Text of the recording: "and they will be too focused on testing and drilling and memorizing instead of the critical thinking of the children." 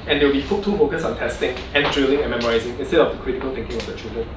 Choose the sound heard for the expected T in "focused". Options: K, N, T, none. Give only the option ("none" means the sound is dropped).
none